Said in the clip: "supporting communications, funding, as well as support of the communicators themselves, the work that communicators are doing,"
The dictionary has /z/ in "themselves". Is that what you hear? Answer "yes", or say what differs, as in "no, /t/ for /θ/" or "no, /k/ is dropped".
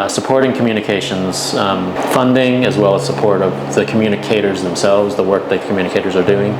yes